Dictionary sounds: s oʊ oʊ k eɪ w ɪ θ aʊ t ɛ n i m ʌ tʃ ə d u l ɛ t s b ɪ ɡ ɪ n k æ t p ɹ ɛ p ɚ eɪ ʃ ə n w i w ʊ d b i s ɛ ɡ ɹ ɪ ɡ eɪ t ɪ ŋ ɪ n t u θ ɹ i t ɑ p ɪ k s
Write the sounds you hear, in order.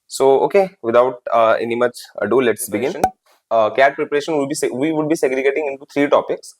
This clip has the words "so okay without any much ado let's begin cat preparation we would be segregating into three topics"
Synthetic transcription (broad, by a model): s oʊ oʊ k eɪ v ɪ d aʊ t ɛ n i m ʌ tʃ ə d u l ɛ t s b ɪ ɡ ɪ n k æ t p ɹ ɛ p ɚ eɪ ʃ ə n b i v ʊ d b i s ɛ ɡ ɹ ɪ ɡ eɪ t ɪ ŋ ɪ n t u t ɹ i t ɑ p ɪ k s